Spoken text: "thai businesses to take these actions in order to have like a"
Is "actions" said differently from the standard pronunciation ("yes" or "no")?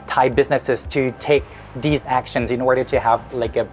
no